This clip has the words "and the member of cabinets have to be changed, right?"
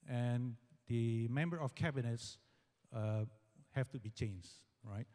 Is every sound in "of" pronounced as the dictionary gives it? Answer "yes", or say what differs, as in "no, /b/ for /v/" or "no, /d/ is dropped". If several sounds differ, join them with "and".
no, /f/ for /v/